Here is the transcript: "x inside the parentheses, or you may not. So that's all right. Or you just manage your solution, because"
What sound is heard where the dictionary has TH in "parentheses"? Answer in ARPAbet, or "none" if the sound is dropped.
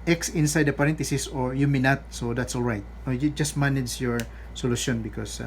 T